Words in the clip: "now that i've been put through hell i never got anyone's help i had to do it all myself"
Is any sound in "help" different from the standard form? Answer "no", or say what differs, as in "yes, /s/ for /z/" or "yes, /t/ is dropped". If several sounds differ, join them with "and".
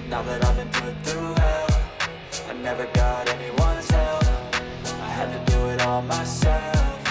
yes, /f/ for /p/